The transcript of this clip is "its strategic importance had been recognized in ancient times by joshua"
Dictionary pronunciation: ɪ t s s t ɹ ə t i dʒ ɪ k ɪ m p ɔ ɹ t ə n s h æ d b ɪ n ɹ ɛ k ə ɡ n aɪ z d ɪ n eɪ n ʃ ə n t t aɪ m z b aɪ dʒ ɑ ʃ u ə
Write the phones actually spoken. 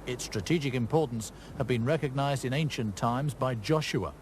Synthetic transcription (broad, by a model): ɪ t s s t ɹ ə t i dʒ ɪ k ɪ m p ɔ ɹ t n s h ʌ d b ɪ n ɹ ɛ k ə ɡ n aɪ z d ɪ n eɪ n ʃ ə n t t aɪ m z b aɪ dʒ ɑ ʃ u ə